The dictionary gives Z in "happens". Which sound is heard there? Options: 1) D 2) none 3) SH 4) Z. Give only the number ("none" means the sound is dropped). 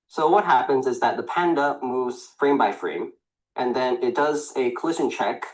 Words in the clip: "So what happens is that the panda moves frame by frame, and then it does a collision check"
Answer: 4